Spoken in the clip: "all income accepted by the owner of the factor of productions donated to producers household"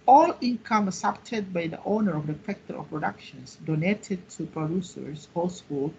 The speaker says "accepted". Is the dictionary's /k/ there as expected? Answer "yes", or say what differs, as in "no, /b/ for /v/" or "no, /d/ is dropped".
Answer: no, /k/ is dropped